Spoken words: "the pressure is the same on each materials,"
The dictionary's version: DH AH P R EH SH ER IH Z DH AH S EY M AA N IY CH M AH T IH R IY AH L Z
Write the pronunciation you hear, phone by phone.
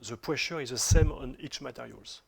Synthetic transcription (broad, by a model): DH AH P W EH SH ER IH Z DH AH S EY M AA N IY CH M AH T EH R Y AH L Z